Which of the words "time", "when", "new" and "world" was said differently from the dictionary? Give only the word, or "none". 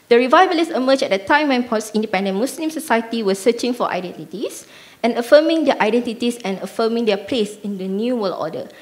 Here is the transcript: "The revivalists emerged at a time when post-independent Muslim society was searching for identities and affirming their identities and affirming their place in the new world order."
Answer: world